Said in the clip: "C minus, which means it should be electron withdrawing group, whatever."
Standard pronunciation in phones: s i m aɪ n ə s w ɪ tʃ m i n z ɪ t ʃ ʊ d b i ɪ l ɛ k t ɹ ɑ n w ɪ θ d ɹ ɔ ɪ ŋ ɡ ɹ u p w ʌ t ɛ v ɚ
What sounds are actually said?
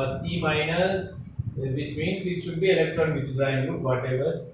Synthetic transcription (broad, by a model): s i m aɪ n ə s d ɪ s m i n s ɪ t ʃ ʊ d b i ɪ l ɛ k t ɹ ɑ n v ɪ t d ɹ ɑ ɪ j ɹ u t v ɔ t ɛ v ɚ